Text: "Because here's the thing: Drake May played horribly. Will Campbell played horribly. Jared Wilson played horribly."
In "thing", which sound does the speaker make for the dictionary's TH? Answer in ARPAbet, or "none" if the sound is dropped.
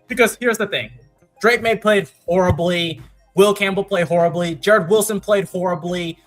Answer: TH